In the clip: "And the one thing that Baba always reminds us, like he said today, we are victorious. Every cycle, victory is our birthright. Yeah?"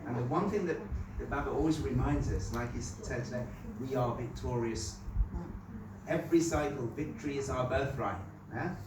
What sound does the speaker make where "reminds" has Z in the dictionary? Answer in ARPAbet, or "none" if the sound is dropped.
Z